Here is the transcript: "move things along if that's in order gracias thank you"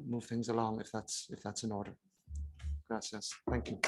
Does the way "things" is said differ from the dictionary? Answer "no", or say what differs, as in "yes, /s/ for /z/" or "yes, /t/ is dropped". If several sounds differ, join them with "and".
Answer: no